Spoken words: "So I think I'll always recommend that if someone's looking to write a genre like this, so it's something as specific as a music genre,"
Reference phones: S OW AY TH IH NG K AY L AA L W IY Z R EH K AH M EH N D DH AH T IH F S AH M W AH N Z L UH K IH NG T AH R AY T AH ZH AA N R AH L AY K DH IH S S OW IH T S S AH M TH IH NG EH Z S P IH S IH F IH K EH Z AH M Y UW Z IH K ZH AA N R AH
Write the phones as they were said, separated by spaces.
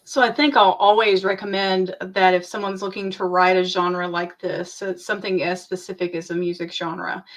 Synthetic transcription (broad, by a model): S OW AY TH IH NG K AY L AA L W IY Z R EH K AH M EH N DH AH T IH F S AH M W AH N Z L UH K IH NG T AH R AY T AH ZH AA N R AH L AY K DH IH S S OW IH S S AH M TH IH NG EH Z S P IH S IH F IH K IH Z AH M Y UW Z IH K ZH AA N R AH